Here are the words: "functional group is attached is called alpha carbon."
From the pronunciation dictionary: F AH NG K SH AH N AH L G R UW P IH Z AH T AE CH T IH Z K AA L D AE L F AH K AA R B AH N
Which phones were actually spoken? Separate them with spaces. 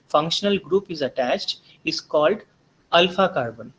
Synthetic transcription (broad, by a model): F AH NG K SH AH N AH L G R UW P IH Z AH T AE CH T IH Z K AA L D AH L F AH K AA R B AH N